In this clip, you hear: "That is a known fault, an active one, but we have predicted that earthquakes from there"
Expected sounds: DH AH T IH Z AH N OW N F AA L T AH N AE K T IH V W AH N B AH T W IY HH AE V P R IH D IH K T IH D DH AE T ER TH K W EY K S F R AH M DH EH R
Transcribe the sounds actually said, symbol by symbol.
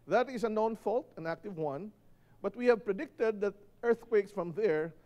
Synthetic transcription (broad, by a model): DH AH T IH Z AH N OW N F AA L T AH N AE K T IH V W AH N B AH T W IY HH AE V P R IH D IH K T IH D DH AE T ER TH K W EY K S F R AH M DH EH R